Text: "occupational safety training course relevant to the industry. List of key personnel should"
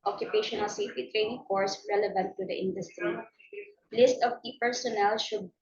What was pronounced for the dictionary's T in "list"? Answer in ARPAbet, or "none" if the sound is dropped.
T